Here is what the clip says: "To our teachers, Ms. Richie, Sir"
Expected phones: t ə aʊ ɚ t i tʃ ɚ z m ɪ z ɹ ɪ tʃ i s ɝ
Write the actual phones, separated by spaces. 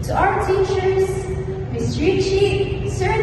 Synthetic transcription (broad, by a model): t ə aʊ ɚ t i tʃ ɚ z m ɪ s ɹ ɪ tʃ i s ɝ